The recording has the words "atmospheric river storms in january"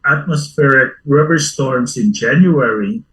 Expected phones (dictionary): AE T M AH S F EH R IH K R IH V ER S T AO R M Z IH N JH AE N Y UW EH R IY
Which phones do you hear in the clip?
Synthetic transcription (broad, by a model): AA T M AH S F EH R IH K R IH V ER S T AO R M S IH N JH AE N Y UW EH R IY